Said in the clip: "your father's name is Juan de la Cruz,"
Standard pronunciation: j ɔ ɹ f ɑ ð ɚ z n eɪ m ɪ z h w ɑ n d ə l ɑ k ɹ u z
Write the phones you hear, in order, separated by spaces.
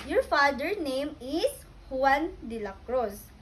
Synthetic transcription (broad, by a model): j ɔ ɹ f ɑ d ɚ n eɪ m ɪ s h w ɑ n d ə l ɑ k ɹ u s